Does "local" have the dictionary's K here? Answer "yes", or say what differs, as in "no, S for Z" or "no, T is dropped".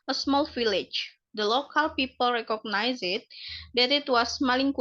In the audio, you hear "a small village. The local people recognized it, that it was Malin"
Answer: yes